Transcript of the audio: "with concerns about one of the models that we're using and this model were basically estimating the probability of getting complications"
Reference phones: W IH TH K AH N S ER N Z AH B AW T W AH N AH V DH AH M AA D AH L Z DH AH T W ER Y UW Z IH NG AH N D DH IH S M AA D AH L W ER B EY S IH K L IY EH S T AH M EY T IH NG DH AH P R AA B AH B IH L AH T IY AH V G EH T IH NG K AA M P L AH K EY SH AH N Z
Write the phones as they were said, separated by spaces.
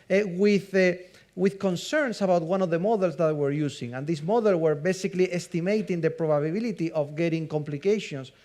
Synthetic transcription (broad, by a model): W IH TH K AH N S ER N S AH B AW T W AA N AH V DH AH M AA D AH L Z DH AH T W ER Y UW S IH NG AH N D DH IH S M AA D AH L W ER B EY S IH K L IY EH S T AH M EY T IH NG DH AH P R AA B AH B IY L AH T IY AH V G EH T IH NG K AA M P L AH K EY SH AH N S